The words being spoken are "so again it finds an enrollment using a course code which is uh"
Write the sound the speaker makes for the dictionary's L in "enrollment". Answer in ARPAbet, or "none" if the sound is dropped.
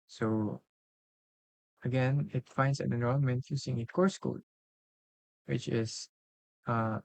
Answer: N